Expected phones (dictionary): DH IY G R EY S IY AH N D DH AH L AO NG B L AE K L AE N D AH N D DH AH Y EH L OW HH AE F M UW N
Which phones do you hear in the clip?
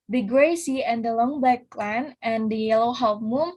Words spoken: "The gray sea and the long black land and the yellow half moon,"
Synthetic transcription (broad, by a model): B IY G R EY S IY AH N D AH L AO NG B AE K L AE N AH N D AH Y EH L OW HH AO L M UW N